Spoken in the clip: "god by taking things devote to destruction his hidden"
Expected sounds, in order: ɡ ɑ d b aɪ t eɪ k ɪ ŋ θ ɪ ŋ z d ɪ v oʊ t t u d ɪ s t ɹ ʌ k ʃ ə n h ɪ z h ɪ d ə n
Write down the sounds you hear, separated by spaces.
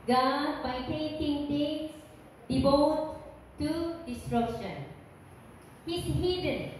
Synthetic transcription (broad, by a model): ɡ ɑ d b aɪ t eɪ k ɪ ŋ t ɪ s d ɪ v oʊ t t u d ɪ s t ɹ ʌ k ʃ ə n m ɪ s h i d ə n